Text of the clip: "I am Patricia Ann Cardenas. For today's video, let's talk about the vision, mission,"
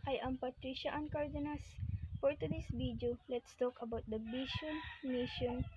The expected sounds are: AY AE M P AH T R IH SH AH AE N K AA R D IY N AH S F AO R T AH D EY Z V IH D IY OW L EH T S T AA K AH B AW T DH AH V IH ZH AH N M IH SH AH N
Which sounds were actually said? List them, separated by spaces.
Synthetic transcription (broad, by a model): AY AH M P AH T R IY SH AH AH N K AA R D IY N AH S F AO R T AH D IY S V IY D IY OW L EH T S T AA K AH B AW T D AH B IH SH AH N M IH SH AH N